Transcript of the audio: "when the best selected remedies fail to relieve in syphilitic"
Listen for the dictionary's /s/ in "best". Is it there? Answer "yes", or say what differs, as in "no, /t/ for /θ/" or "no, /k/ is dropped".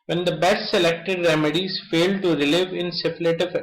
no, /s/ is dropped